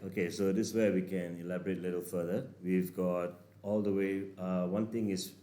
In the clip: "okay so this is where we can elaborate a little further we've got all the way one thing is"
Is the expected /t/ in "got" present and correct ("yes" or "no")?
yes